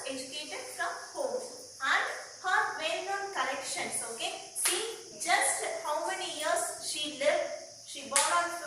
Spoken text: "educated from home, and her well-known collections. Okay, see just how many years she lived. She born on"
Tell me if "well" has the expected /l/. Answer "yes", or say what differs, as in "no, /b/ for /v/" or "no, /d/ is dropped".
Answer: no, /n/ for /l/